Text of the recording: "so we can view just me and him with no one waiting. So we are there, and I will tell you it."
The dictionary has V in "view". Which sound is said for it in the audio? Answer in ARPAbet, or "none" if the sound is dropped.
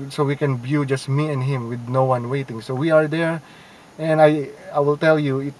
B